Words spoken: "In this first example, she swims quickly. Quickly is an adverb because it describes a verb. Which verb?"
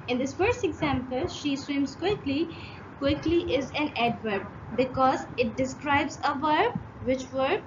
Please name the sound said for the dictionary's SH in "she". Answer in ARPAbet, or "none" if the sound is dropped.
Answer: SH